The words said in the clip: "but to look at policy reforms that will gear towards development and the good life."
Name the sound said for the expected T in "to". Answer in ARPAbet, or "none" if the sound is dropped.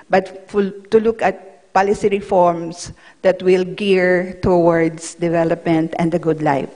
T